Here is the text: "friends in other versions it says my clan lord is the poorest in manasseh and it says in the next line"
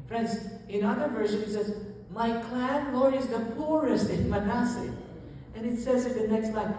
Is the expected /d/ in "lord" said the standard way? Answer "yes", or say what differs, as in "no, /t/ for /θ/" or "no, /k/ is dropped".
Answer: no, /d/ is dropped